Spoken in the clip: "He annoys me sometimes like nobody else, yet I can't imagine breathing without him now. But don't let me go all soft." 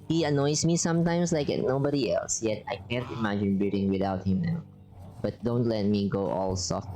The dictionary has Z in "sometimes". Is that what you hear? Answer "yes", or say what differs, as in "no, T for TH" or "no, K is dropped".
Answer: no, S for Z